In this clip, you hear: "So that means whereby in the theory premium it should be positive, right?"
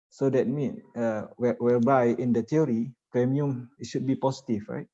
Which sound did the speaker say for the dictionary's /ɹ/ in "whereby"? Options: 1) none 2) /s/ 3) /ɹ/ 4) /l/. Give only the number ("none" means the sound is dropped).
4